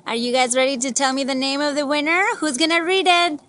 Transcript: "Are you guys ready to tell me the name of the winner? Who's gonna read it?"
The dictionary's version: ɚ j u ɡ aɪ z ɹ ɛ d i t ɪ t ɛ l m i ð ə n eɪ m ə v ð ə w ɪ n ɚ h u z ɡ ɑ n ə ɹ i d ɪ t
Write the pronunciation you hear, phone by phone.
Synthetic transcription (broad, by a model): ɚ j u ɡ aɪ z ɹ ɛ d i t ɪ t ɛ l m i ð ə n eɪ m ə v ð ə w ɪ n ɚ h u z ɡ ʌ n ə ɹ i d ɪ t